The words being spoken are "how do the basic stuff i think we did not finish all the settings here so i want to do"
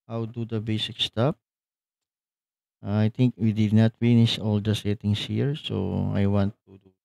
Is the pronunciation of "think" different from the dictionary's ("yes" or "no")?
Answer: yes